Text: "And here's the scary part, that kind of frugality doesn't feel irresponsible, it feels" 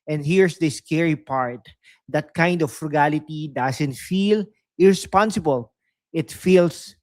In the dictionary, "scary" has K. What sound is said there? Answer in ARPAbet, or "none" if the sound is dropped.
K